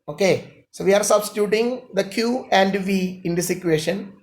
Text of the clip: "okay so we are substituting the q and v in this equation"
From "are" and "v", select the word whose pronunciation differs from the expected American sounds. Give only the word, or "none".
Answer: none